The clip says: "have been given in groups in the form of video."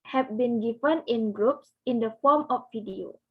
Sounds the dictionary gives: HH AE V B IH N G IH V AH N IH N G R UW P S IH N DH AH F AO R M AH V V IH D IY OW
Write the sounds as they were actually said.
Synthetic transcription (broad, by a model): HH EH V B IH N G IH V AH N IH N G R UW P S IH N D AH F AO M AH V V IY D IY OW